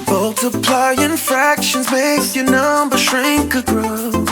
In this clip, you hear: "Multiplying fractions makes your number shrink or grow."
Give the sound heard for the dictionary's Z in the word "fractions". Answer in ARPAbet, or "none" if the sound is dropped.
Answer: Z